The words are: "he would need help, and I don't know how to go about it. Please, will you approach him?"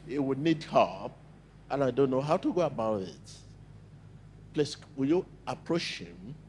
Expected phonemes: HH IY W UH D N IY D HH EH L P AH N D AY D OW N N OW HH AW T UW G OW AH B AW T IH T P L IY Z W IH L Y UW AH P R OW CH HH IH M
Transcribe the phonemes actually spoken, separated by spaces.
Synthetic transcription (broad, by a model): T W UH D N IY D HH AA P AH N AY D OW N N OW HH AW T UW G OW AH B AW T IH T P L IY S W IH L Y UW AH P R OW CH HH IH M